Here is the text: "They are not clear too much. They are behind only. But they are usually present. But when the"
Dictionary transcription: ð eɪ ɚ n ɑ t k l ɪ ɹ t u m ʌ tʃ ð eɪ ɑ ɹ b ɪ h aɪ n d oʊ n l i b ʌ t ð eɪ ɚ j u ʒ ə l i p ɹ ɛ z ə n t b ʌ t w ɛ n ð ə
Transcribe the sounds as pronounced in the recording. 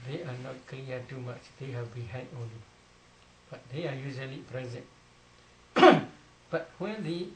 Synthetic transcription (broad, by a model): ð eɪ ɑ n ɑ t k l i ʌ t u m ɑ tʃ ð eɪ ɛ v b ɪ h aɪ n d oʊ n l i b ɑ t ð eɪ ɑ j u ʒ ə l i p ɹ ɛ z ə n t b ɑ t w ɛ n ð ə